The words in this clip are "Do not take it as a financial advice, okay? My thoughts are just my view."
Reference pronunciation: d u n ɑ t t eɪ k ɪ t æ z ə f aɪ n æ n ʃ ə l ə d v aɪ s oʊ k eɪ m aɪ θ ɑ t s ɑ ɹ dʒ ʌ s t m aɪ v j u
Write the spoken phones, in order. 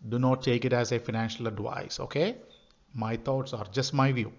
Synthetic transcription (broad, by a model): d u n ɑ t t eɪ k ɪ t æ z ə f aɪ n æ n ʃ ə l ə d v aɪ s oʊ k eɪ m aɪ t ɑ t s ɑ ɹ dʒ ʌ s t m aɪ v j u